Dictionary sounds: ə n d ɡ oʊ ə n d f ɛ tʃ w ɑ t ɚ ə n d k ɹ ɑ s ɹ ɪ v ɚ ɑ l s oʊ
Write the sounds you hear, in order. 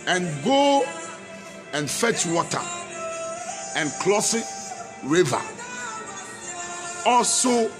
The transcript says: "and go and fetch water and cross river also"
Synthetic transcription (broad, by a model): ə n ɡ oʊ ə n f ɛ tʃ w ɑ t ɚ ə n k l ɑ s ɹ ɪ v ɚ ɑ l s oʊ